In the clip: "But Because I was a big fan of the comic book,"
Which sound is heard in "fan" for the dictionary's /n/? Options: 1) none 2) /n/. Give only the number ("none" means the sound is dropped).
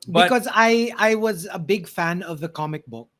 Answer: 2